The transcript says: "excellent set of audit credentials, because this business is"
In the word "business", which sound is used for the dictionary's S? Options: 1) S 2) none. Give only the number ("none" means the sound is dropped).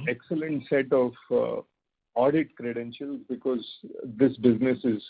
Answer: 1